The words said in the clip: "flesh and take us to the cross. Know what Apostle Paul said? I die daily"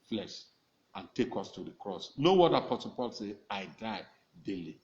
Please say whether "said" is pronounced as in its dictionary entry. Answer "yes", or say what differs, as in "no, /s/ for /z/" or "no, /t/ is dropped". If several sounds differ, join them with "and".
no, /d/ is dropped